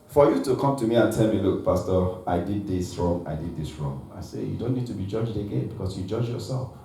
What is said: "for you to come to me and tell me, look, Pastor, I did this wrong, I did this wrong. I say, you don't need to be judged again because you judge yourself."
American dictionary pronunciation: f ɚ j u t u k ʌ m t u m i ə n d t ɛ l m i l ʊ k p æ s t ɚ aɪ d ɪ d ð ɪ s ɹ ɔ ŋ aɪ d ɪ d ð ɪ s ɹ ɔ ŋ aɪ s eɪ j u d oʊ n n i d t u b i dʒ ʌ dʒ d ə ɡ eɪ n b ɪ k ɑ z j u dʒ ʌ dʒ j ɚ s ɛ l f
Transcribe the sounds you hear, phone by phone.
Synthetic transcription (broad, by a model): f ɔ j u t u k ʌ m t u m i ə n t ɛ l m i l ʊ k p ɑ s t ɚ aɪ d ɪ d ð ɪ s ɹ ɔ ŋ aɪ d ɪ d ð ɪ s ɹ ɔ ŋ aɪ s eɪ j u d oʊ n n i d t u b i dʒ ʌ dʒ d ə ɡ eɪ n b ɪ k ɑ s j u dʒ ʌ dʒ j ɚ s ɛ l f